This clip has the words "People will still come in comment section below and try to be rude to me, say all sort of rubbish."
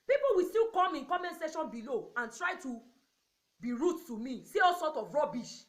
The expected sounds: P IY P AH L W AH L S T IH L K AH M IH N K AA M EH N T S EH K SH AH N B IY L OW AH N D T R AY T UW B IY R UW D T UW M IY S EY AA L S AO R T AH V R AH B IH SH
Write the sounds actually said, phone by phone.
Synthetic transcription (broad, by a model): P IY P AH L W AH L S T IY L K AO M IH N K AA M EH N S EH SH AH N B IY L OW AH N T R AY T UW B IY R UW T UW M IY S EY AA L S AO T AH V R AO B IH SH